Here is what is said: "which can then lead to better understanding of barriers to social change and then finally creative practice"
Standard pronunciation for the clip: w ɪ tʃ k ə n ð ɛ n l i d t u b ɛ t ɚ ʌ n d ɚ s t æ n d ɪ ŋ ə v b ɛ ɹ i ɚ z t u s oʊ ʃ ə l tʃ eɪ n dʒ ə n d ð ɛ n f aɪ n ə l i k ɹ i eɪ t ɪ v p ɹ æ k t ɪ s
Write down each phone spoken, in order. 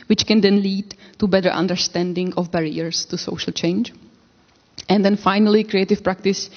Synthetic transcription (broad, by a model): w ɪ tʃ k ə n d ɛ n l i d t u b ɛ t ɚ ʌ n d ɚ s t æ n d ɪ ŋ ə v b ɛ ɹ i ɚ s t u s oʊ ʃ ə l tʃ eɪ n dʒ ə n d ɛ n f aɪ n ə l i k ɹ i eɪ t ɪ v p ɹ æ k t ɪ s